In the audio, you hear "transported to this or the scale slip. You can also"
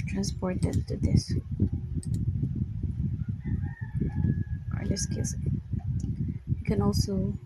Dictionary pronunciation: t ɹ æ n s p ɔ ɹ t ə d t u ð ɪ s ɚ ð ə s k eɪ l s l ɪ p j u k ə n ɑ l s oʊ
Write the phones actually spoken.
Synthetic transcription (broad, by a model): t ɹ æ n s p ɔ ɹ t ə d t u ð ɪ s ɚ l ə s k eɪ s w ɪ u k ə n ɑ l s oʊ